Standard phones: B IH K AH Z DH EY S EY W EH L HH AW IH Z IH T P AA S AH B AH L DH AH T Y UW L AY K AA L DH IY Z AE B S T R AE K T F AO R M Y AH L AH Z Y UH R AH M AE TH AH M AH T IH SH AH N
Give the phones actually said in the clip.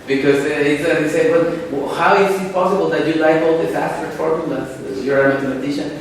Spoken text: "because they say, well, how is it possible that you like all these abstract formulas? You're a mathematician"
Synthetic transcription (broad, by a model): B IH K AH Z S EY S EY W EH L HH AW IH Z IH T P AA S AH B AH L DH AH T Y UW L AY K AA L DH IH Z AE S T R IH T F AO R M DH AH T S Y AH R AH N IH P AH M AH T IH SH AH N